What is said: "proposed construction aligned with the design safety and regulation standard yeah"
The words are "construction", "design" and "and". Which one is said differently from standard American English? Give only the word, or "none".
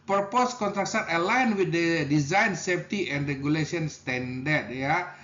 construction